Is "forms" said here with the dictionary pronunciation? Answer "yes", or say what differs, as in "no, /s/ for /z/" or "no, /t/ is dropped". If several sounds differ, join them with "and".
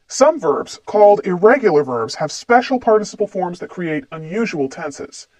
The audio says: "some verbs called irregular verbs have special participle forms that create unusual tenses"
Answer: yes